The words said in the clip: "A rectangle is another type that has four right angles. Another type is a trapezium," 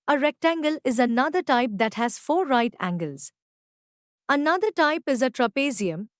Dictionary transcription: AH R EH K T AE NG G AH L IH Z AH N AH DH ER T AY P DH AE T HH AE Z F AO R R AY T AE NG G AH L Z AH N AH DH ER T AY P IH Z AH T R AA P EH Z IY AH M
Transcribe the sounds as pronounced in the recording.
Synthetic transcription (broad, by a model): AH R EH K T AE NG G AH L IH Z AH N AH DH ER T AY P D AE T HH AE Z F AO R R AY T AE NG G AH L Z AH N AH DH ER T AY P IH Z AH T R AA P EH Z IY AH M